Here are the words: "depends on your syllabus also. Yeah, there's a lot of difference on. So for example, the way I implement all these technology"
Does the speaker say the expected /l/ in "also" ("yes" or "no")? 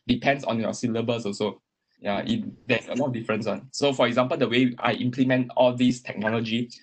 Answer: no